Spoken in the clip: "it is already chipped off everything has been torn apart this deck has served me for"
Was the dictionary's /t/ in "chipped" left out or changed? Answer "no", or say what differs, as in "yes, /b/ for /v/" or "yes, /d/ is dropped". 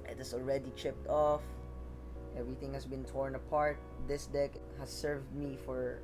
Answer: no